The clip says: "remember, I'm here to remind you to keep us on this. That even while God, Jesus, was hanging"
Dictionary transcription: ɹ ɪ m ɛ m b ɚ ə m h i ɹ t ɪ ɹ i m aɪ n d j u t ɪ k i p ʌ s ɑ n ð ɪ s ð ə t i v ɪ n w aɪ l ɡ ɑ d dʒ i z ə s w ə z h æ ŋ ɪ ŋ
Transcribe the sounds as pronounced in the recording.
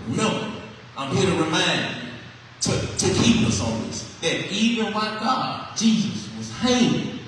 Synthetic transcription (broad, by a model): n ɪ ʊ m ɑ ə m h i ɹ t ɪ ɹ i m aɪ n d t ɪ t ɪ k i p ʌ s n ð ɪ s ð ə t i v ɪ n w aɪ ɡ ɑ d dʒ i z ə s w ə z h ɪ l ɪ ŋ